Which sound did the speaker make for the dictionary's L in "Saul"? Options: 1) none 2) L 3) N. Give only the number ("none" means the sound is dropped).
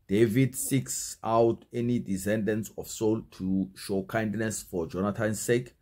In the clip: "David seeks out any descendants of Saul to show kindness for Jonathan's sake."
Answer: 2